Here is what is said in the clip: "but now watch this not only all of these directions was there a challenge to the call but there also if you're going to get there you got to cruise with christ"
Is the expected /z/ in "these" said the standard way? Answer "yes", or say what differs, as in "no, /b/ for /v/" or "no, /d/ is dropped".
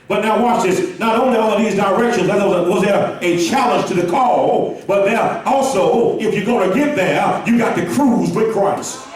yes